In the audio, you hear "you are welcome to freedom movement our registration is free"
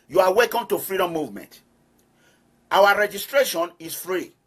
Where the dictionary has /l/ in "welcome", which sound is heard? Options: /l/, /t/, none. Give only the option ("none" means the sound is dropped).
none